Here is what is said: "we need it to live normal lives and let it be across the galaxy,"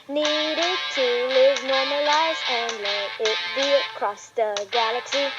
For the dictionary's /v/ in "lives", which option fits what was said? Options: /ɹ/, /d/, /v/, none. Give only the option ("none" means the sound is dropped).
none